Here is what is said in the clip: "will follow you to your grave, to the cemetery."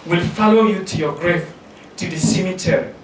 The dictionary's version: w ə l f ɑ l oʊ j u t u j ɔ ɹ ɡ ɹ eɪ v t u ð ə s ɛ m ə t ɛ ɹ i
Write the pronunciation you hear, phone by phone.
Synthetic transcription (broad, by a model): w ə l f ɑ l oʊ j u t u j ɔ ɡ ɹ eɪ f t u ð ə s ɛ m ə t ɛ ɹ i